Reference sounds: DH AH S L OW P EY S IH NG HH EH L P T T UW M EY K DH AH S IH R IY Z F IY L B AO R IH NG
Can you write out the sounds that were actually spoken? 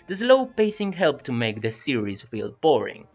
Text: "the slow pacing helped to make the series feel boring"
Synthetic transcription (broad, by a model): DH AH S L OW P EY S IH NG HH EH L P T T UW M EY K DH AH S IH R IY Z F IY L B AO R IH NG